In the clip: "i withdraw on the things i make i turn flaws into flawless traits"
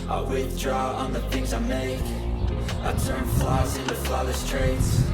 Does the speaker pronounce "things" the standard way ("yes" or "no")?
yes